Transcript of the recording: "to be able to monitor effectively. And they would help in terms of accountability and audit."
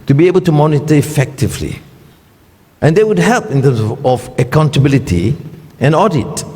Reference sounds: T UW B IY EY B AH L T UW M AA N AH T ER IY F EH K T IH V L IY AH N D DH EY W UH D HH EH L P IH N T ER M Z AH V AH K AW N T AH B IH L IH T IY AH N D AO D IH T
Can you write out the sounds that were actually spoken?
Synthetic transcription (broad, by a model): T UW B IY EY B AH L T UW M AA N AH T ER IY F EH K T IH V L IY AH N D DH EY W UH D HH EH L P IH N T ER M S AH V AH K AW N T AH B IH L IH T IY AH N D AO D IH T